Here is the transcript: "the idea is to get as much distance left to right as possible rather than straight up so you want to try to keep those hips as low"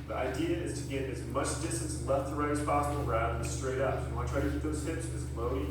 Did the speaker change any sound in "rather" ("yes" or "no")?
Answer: yes